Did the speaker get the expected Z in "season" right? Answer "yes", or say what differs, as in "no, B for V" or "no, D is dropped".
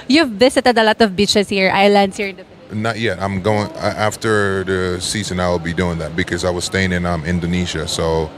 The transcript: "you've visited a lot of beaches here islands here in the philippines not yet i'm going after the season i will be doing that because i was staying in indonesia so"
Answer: yes